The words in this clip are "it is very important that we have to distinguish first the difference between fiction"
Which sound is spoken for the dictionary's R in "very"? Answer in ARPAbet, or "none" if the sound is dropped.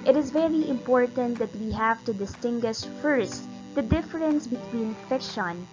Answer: R